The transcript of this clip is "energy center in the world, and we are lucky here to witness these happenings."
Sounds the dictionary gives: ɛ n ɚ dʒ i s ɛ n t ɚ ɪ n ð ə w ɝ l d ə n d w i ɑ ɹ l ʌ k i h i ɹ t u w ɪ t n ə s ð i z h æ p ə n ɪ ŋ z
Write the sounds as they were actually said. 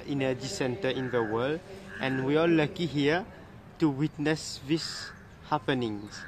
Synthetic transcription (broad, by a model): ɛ n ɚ dʒ i s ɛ n t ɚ ɪ n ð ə w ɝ l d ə n w i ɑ l l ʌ k i h i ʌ t u w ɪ t n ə s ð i s h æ p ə n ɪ ŋ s